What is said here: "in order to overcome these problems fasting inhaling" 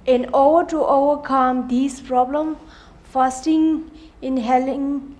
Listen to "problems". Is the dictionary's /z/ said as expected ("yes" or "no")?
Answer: no